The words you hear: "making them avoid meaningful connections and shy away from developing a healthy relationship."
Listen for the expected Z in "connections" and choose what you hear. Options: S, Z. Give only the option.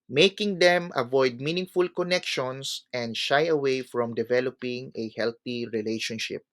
S